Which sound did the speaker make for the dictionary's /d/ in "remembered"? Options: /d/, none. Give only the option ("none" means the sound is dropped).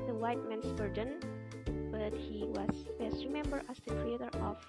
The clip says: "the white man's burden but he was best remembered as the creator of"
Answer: none